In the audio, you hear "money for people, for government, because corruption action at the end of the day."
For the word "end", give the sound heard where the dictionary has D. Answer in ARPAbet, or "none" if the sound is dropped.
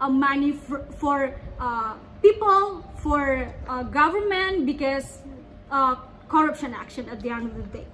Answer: none